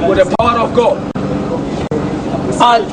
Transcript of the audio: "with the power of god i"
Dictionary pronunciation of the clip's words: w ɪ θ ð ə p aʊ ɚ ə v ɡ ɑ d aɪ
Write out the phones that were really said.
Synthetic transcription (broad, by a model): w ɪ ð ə p aʊ ɚ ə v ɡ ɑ aɪ